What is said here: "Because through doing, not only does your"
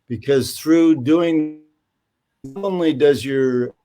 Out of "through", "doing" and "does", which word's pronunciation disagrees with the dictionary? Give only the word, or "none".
none